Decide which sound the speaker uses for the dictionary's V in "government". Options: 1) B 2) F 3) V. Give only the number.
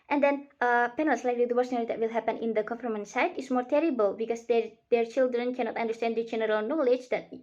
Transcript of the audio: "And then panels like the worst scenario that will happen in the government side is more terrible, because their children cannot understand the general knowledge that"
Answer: 2